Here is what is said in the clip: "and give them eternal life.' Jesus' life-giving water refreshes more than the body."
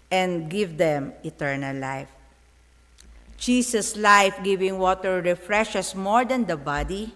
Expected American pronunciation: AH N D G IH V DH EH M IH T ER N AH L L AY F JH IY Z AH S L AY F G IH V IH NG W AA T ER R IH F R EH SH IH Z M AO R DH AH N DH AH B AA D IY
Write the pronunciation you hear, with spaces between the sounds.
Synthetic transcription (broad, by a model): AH N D G IH V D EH M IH T ER N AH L L AY F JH IY S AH S L AY F G IH V IH NG W AA T ER R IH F R EH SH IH S M AO R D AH N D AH B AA D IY